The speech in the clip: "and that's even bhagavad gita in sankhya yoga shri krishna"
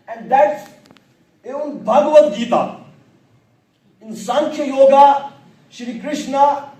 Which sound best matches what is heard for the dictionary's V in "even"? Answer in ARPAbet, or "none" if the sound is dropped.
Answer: none